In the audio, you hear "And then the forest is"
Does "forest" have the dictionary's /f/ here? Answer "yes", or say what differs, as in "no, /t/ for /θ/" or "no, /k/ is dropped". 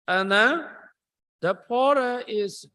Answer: no, /p/ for /f/